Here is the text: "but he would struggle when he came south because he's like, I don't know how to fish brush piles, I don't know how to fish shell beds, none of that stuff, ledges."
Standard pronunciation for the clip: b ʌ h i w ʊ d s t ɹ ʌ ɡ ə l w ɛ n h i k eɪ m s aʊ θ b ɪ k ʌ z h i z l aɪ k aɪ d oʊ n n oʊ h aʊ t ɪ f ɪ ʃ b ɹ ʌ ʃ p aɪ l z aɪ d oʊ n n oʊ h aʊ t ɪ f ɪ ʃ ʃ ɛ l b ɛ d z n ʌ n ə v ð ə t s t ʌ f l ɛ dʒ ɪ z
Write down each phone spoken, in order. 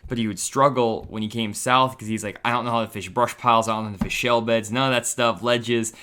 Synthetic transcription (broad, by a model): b ʌ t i w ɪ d s t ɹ ʌ ɡ l w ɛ n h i k eɪ m s aʊ θ k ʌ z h i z l aɪ k aɪ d oʊ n n oʊ h aʊ t ɪ f ɪ ʃ b ɹ ʌ ʃ p aɪ l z aɪ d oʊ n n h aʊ t ɪ f ɪ ʃ ʃ ɛ l b ɛ d z n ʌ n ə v ð ə t s t ʌ f l ɛ dʒ ɪ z